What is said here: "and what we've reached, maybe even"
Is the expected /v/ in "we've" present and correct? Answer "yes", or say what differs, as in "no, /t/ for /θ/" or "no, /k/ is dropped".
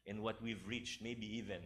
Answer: yes